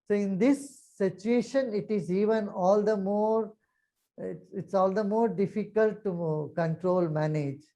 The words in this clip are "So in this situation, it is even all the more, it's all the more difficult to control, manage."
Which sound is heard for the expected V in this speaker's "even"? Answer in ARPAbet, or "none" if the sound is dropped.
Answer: V